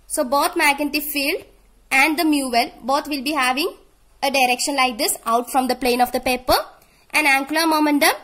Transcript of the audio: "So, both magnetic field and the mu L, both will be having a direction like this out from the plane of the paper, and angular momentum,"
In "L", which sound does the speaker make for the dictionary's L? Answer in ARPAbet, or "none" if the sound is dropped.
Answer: L